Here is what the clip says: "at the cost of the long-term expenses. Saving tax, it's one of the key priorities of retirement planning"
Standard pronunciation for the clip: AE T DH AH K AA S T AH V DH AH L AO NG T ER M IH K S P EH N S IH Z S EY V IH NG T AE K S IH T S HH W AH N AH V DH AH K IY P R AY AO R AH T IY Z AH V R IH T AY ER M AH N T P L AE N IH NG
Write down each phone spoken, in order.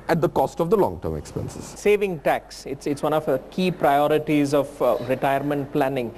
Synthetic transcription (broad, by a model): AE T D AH K AA S T AH V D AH L AO NG T ER M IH K S P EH N S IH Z S EY V IH NG T AE K S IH T S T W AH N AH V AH K IY P R AY AO R AH T IY Z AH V R IH T AY ER M AH N T P L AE N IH NG